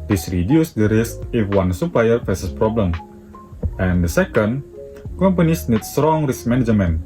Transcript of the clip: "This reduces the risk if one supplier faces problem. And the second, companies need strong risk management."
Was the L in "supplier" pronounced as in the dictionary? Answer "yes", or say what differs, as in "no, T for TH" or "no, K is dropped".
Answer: no, L is dropped